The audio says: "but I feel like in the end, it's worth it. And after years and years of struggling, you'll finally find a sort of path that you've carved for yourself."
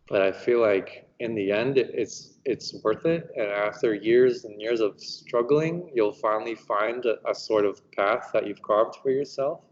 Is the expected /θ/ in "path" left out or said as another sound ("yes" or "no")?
no